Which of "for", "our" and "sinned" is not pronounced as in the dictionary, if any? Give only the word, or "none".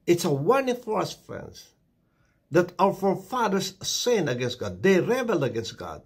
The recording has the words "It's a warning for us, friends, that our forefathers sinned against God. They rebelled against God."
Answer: sinned